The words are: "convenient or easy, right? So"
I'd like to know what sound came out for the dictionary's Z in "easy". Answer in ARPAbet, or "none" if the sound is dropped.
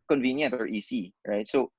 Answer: S